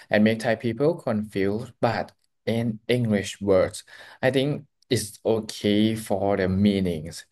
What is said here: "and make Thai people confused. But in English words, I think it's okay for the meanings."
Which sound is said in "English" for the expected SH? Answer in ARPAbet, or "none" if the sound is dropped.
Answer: SH